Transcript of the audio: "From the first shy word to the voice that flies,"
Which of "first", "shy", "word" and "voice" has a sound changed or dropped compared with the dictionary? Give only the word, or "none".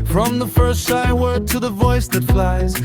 shy